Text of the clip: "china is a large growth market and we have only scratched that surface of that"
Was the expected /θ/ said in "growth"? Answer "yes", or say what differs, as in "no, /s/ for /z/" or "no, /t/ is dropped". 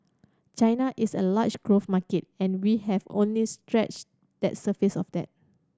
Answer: no, /f/ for /θ/